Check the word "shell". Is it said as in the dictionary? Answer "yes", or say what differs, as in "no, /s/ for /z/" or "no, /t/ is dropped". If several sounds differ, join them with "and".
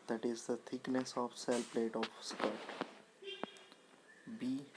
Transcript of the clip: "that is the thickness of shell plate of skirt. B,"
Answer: no, /s/ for /ʃ/